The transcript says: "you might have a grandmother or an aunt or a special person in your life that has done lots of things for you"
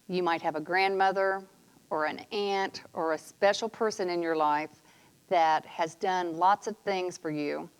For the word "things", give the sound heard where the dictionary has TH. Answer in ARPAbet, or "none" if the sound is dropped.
TH